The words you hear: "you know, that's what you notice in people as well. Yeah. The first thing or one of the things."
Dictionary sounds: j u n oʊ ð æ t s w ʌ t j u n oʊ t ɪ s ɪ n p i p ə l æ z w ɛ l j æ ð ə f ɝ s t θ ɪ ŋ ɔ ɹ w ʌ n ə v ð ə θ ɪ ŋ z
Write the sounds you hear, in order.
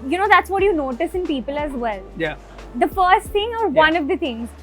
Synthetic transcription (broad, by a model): j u n oʊ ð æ t s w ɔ t j u n oʊ t ɪ s ɪ n p i p ə l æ z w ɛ l j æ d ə f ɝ s t t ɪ ŋ ɔ ɹ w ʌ n ə v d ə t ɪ ŋ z